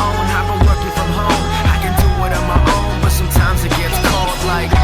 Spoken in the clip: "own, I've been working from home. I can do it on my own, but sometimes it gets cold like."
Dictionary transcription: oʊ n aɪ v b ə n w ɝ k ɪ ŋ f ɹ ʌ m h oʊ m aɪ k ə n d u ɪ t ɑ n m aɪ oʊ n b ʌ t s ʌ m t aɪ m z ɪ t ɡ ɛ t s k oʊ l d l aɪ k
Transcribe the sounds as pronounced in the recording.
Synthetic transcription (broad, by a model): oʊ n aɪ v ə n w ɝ k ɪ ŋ f ɹ ʌ m h oʊ m aɪ k ə n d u ɪ t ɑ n m aɪ oʊ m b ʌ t s ʌ m t aɪ m z ɪ t ɡ ɛ t s k oʊ l d l aɪ k